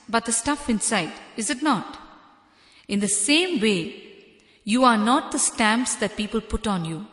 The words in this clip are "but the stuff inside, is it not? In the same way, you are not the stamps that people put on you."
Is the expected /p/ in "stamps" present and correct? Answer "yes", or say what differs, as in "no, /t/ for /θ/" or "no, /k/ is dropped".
yes